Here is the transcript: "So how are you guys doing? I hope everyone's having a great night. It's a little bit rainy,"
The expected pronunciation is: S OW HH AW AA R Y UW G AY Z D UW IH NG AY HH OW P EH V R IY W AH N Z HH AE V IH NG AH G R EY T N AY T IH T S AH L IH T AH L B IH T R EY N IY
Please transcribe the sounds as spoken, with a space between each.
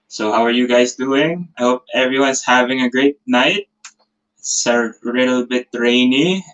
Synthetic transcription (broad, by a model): S OW HH AW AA R Y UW G AY S D UW IH NG AY HH OW P EH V R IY W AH N S HH AE V IH NG AH G R EY T N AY IH T S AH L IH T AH L B IH T R EY N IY